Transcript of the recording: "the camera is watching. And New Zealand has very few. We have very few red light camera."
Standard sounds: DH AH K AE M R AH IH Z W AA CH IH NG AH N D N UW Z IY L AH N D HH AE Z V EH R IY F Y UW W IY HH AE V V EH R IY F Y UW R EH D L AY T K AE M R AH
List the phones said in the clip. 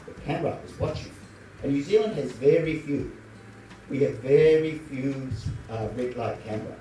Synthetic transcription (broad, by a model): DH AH K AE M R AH IH Z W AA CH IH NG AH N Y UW Z IY L AH N D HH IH Z V EH R IY F Y UW W IY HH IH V V EH R IY F Y UW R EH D L AY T K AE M R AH